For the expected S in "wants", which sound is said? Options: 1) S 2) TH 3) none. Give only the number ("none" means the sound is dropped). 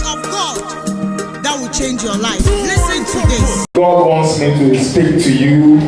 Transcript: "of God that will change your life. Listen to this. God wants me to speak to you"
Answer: 1